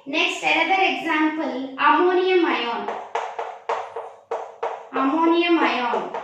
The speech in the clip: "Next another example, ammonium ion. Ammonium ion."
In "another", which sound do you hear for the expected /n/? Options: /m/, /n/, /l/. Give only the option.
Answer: /l/